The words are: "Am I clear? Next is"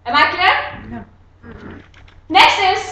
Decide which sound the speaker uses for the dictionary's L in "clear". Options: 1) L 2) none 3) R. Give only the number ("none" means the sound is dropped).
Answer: 2